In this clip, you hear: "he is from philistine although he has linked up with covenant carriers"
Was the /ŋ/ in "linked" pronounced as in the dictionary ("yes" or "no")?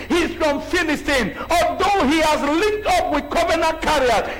no